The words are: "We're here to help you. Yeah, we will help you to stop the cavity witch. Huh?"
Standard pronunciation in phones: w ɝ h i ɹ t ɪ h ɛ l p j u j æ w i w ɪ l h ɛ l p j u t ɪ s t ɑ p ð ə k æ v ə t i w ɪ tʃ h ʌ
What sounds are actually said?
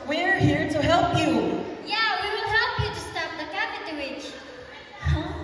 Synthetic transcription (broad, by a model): w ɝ h i ɹ t ɪ h ɛ l p j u j æ w i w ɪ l h ɛ l p j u t ɪ s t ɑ f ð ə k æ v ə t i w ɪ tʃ